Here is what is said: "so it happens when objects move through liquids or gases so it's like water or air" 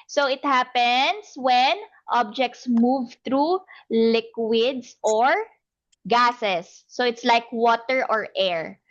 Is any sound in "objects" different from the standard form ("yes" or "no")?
no